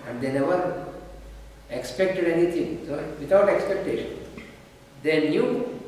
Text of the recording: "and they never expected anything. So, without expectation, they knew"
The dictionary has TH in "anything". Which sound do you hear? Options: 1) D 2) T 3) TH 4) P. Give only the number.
2